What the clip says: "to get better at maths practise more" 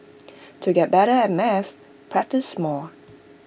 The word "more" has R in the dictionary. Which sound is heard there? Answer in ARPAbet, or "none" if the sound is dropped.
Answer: L